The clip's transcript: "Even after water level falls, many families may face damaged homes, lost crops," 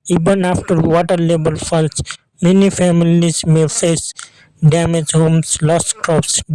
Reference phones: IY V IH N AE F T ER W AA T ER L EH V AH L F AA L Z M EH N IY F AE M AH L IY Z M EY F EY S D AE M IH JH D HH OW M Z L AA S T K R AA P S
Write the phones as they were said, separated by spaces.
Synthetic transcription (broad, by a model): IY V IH N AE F T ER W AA T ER L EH B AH L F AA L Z M EH N IY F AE M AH L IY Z M EY F EY S D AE M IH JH HH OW M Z L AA S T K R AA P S